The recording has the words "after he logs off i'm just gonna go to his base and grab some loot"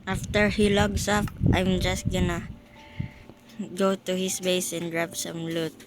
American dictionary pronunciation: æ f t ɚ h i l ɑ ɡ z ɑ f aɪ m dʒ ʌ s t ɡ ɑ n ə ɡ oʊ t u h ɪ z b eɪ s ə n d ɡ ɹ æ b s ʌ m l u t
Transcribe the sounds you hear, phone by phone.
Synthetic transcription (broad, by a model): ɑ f t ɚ h i l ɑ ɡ s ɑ p aɪ m dʒ ʌ s t ɡ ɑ n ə ɡ oʊ t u h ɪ s b eɪ s ə n d ɹ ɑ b s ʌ m l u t